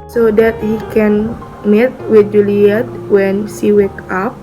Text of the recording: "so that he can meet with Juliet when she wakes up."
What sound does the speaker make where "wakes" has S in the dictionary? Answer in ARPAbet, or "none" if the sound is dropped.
none